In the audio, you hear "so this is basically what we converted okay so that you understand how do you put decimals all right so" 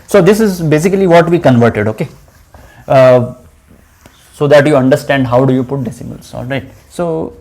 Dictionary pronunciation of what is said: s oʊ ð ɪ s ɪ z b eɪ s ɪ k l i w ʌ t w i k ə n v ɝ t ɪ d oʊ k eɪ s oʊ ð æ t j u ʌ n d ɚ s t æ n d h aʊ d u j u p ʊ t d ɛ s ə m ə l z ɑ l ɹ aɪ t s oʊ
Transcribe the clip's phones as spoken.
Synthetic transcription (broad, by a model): s oʊ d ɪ s ɪ z b eɪ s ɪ k l i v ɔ t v i k ə n v ɝ t ɪ d oʊ k eɪ s oʊ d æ t j u ʌ n d ɚ s t æ n d h aʊ d u j u p ʊ t d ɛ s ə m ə l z ɑ l ɹ aɪ t s oʊ